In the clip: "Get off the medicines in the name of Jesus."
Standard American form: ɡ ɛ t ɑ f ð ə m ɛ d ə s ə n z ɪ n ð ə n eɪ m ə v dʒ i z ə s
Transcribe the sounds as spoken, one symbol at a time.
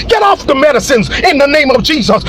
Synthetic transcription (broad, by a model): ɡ ɛ t ɑ f ð ə m ɛ d ə s ə n z ɪ n ð ə n eɪ m ə v dʒ i z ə s